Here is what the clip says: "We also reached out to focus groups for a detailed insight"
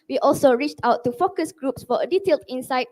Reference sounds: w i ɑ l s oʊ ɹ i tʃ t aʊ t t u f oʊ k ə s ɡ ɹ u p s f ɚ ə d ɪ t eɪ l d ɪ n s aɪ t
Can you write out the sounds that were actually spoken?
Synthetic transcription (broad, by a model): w i ɑ l s oʊ ɹ i tʃ t aʊ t t u f oʊ k ə s ɡ ɹ u p s f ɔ ə d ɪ t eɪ l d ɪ n s aɪ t